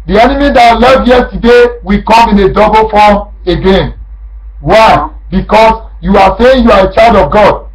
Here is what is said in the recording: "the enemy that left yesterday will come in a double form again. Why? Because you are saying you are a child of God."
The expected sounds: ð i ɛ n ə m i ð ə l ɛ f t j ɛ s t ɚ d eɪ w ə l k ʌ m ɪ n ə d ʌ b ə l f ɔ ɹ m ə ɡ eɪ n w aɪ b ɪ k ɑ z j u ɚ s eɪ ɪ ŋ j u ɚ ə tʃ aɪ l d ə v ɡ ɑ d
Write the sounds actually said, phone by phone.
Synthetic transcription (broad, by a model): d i ɛ n ə m i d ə l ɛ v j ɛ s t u d eɪ w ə k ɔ m ɪ n ə d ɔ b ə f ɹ ɔ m ə ɡ eɪ n w aɪ b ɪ k ɑ s j u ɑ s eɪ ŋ j u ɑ ə tʃ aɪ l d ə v ɡ ɑ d